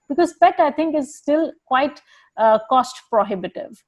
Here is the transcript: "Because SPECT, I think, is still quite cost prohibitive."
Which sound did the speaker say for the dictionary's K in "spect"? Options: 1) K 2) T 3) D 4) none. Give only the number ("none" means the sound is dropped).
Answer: 4